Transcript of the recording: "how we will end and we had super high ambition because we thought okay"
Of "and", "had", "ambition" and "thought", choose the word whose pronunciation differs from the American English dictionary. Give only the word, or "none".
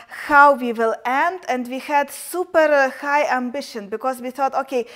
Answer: none